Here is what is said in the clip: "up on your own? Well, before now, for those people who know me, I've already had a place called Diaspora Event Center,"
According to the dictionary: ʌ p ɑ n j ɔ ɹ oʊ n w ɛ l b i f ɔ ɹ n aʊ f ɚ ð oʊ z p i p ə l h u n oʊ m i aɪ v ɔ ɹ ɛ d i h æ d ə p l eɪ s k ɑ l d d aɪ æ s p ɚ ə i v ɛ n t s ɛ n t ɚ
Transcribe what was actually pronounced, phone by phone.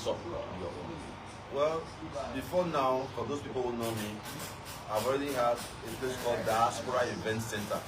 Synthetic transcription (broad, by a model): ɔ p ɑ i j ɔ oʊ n w ɛ l b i f ɔ n aʊ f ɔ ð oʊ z p i p ə l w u n oʊ m i aɪ v ɔ ɹ ɛ d i h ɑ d ə p l eɪ s k ɑ l d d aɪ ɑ s p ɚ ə i v ɛ n t s ɛ n t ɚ